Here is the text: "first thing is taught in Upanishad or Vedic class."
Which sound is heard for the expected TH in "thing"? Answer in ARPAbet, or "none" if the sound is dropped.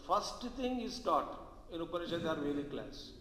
T